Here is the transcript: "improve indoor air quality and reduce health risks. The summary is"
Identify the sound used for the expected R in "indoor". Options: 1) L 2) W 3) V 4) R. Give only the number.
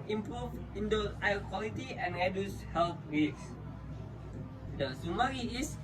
1